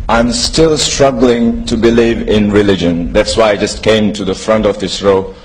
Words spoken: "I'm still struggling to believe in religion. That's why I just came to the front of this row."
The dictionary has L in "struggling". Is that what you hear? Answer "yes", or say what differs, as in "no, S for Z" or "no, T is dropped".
yes